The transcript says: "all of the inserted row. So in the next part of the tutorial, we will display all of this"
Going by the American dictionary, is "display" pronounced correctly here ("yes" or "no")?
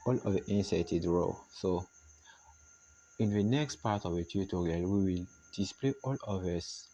yes